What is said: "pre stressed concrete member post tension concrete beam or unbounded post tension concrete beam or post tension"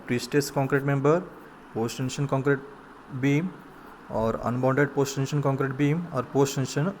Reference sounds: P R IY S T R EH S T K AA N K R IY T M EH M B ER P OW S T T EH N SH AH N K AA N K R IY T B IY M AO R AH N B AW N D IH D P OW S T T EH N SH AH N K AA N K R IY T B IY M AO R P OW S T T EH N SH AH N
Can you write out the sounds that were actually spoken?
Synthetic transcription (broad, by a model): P R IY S T EH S K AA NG K R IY T M EH M B ER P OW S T T EH N SH AH N K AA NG K R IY T B IY M AO R AH N B AW N D IH D P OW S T T EH N SH AH N K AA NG K R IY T B IY M AO R P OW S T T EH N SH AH N